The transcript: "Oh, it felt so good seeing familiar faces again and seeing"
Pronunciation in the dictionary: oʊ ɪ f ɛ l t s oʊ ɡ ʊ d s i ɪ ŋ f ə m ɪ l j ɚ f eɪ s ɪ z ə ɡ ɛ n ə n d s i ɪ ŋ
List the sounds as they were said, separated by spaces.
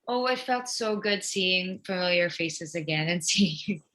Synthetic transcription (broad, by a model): oʊ ɪ f ɛ l t s oʊ ɡ ʊ d s i ɪ ŋ f ə m ɪ l j ɚ f eɪ s ɪ z ə ɡ ɛ n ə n s i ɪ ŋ